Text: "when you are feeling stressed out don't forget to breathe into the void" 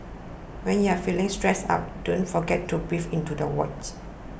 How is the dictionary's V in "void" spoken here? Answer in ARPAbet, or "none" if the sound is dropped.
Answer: W